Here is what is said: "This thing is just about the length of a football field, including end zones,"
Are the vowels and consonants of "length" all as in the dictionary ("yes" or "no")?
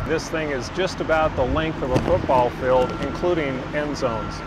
yes